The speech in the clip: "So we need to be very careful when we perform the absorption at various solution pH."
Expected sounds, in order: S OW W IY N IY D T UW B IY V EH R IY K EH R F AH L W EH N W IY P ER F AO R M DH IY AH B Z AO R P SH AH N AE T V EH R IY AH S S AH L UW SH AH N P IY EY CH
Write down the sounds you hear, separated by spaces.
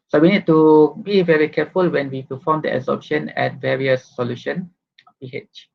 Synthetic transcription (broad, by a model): S OW W IY N IY D T UW B IY V EH R IY K EH F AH L W EH N W IY P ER F AO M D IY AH Z AO P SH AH N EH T V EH R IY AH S S AH L UW SH AH N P IY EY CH